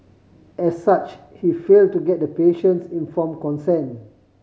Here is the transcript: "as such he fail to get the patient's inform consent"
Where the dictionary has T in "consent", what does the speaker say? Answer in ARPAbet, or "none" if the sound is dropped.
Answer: none